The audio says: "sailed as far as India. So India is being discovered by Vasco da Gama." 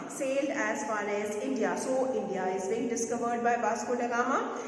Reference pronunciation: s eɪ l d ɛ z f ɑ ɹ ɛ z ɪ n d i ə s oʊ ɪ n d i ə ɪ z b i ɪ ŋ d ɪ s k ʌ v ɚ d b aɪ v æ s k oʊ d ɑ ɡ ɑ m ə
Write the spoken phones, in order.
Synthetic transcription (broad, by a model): s eɪ l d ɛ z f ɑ l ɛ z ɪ n d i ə s oʊ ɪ n d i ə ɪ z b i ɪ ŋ d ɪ s k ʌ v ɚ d b aɪ b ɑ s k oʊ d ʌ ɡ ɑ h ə